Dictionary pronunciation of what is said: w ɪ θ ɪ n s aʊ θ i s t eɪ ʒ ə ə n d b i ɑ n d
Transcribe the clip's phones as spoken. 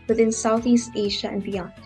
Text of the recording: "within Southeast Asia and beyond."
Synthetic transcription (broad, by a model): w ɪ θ ɪ n s aʊ θ i s t eɪ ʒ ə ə n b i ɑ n